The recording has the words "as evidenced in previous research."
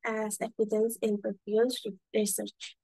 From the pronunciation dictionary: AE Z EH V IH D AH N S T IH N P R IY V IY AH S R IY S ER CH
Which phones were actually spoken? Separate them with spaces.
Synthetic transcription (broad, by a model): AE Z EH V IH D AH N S IH N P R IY P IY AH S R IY S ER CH